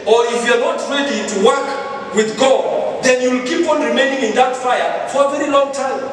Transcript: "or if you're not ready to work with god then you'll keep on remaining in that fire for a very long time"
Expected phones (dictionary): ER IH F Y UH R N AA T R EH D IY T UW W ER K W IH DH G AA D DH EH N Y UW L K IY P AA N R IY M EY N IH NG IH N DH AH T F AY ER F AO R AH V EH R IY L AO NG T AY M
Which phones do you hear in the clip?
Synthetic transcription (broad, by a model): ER IH F Y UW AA N AA T R EH D IY T UW W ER K W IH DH G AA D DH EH N Y UW L K IY P AA N R IY M EY N IH NG IH N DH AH T F AY ER F AO R AH V EH R IY L AO NG T AY M